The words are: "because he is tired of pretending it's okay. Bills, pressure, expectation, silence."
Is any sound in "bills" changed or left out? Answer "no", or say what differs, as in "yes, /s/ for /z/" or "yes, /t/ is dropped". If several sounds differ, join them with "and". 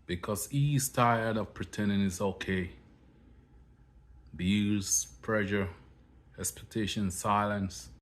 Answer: yes, /l/ is dropped